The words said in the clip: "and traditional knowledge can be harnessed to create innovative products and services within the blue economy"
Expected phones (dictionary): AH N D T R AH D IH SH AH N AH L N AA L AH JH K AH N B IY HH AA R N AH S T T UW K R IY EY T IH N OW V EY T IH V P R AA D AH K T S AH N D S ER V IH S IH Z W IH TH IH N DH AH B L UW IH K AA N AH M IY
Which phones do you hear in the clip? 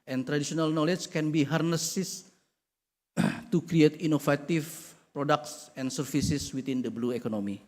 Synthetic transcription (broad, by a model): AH N T R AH D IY S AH N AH L N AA L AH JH K AH N B IY HH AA R N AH S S T UW K R IY EY T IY N OW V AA T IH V P R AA D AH K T S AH N S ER F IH S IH S W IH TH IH N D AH B L UW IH K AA N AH M IY